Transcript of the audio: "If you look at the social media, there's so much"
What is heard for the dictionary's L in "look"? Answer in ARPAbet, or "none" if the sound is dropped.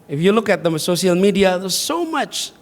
L